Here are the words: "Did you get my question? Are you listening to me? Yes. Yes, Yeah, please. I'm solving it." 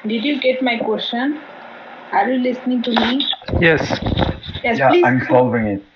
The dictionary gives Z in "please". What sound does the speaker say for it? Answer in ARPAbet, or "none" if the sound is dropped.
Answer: none